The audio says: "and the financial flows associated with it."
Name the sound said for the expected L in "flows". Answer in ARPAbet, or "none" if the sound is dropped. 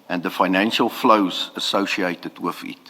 L